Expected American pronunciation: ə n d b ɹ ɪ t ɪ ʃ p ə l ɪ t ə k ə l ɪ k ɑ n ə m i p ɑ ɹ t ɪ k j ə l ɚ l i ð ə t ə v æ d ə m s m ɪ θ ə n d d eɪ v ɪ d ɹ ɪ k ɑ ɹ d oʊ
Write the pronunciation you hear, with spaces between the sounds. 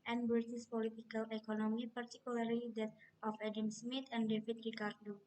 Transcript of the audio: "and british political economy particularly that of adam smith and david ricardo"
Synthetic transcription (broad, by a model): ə n b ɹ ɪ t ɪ s p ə l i t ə k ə l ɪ k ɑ n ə m i p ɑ ɹ t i k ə l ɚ l i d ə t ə f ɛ d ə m s m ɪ t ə n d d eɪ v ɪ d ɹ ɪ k ɑ ɹ d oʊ